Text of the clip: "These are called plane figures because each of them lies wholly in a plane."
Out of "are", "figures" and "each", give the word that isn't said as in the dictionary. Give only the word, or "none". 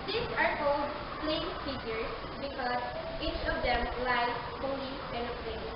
figures